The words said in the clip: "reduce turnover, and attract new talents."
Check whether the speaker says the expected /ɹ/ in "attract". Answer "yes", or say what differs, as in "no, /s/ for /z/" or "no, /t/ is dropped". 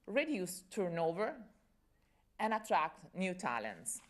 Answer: yes